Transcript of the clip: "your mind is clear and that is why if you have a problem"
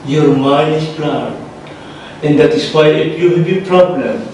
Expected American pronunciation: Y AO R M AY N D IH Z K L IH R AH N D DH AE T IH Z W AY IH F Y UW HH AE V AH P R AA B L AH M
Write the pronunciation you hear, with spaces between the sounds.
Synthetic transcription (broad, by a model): Y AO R M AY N IH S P L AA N AH N D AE T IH S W AY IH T Y UW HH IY B AH P R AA B L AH M